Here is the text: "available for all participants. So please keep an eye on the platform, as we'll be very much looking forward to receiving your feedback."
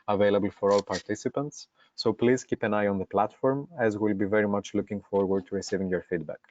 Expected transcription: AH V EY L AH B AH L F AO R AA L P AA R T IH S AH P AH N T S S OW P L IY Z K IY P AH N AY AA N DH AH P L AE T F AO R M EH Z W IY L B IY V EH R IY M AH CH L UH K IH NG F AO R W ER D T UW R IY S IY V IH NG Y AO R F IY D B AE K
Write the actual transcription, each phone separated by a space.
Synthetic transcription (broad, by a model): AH V EY L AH B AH L F AO R AA L P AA R T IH S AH P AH N T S S OW P L IY Z K IY P AH N AY AA N DH AH P L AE T F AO R M EH Z W IY L B IY V EH R IY M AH CH L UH K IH NG F AO R W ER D T UW R IY S IY V IH NG Y AO R F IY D B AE K